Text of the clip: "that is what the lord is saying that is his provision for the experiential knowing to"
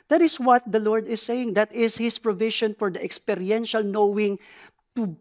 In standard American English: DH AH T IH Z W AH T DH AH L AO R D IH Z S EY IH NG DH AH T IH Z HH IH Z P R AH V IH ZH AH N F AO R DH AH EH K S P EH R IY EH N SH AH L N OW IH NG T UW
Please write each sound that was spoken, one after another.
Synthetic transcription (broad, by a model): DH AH T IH S W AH T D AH L AO R D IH S EY IH NG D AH T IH S HH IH S P R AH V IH SH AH N F AO R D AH EH K S P EH R IY EH N SH AH L N OW IH NG T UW